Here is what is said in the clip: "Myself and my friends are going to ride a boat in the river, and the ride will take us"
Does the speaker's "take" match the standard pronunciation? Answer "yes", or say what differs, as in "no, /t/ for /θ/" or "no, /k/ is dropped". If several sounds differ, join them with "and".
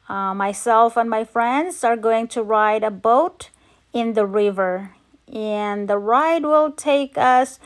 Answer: yes